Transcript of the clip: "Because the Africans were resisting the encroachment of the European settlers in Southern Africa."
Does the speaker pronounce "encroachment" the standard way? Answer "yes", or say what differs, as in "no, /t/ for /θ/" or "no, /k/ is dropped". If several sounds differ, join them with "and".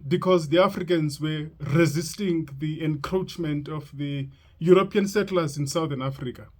yes